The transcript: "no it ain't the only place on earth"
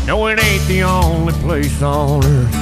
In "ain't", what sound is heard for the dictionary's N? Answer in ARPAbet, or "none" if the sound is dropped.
none